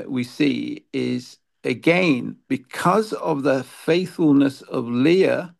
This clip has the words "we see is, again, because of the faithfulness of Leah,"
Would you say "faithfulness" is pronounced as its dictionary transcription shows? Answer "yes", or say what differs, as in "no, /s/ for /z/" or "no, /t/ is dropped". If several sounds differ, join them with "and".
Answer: yes